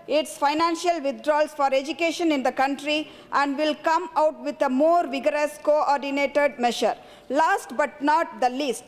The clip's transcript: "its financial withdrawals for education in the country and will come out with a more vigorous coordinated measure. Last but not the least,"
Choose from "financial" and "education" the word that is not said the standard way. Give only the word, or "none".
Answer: none